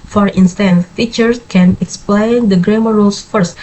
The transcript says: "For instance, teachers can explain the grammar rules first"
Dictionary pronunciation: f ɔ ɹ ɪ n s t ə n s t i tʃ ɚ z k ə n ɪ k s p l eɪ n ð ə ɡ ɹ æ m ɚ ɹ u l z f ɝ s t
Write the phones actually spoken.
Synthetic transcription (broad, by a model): f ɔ ɹ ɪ n s t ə n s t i tʃ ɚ s k ə n ɪ k s p l eɪ n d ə ɡ ɹ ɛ m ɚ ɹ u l s f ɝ s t